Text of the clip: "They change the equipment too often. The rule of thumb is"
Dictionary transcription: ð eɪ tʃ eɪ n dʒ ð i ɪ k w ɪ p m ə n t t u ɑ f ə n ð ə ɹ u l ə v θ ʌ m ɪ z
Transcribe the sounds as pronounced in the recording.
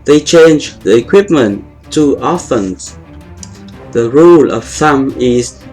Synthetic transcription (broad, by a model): ð eɪ tʃ eɪ n dʒ ð i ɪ k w ɪ p m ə n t t u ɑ f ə n ð ə ɹ u l ə v s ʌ m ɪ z